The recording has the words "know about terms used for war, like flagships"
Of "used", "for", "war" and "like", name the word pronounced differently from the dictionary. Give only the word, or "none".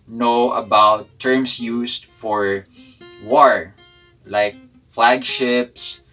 used